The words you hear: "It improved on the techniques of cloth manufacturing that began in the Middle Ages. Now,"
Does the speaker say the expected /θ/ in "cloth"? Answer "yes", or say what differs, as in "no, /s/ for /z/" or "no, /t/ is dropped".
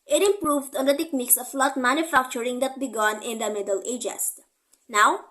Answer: no, /t/ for /θ/